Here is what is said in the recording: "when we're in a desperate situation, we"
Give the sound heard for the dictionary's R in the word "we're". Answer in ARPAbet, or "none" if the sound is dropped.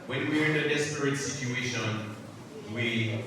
R